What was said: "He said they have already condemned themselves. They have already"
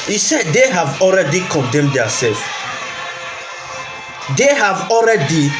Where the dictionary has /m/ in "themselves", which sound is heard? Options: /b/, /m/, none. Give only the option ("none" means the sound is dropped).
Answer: none